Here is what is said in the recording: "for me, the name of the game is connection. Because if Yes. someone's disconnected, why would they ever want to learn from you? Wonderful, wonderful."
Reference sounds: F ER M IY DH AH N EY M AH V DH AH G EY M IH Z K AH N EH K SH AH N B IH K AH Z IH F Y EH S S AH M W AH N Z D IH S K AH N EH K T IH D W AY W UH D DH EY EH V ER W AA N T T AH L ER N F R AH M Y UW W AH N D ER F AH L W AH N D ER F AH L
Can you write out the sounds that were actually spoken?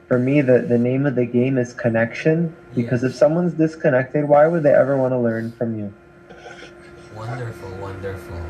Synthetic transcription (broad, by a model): F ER M IY DH AH N EY M AH V DH AH G EY M IH Z K AH N EH K SH AH N B IH K AH Z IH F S S AH M W AH N Z D IH S K AH N EH K T IH D W AY W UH D DH EY EH V ER W AA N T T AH L ER N F R AH M Y UW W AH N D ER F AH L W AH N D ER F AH